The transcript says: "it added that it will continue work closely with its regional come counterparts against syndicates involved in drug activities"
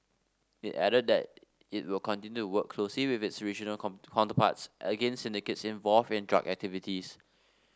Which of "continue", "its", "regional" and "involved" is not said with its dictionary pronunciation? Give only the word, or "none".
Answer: involved